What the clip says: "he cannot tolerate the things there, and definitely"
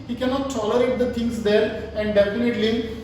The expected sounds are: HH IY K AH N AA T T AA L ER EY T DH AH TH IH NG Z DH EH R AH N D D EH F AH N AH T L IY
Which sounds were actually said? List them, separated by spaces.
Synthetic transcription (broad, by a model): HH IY K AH N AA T T AA L ER EY T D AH T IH NG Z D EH R AH N D D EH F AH N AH T L IY